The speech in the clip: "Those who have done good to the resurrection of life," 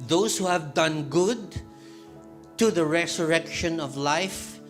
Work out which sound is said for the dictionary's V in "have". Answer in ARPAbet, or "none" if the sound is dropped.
V